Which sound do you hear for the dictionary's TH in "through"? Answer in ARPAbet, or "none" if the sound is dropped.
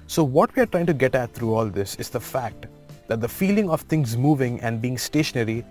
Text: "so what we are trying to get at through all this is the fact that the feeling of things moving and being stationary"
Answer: T